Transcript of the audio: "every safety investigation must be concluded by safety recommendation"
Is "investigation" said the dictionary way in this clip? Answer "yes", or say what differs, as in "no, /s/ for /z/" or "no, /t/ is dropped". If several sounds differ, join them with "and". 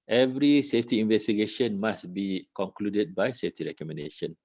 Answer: yes